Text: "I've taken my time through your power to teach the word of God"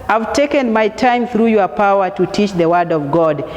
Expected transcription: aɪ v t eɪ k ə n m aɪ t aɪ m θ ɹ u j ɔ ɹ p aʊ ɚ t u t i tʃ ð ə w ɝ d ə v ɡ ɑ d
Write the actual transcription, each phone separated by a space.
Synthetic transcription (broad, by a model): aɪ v t eɪ k ə n m aɪ t aɪ m θ ɹ u j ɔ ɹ p aʊ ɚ t u t i tʃ ð ə w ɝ d ə v ɡ ɑ d